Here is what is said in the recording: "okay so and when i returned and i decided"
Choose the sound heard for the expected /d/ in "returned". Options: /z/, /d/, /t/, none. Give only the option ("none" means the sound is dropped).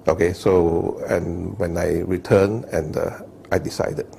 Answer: none